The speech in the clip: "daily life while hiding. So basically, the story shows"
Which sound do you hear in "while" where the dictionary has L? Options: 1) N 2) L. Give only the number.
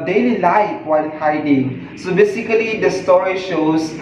1